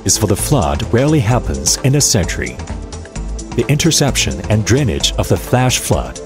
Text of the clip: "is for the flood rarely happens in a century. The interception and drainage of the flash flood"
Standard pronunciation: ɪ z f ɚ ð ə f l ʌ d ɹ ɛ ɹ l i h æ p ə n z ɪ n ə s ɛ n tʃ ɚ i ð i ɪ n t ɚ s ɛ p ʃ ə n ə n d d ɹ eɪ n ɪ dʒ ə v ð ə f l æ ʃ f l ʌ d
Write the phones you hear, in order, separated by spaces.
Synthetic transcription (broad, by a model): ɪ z f ɚ ð ə f l ʌ d ɹ ɛ ɹ l i h æ p ə n z ɪ n ə s ɛ n tʃ ɚ i ð i ɪ n t ɚ s ɛ p ʃ ə n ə n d d ɹ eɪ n ɪ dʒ ə v ð ə f l æ ʃ f l ʌ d